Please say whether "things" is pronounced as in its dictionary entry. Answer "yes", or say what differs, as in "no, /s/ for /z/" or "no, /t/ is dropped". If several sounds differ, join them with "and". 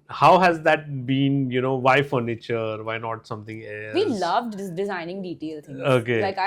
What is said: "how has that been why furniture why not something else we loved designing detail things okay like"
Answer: no, /t/ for /θ/ and /z/ is dropped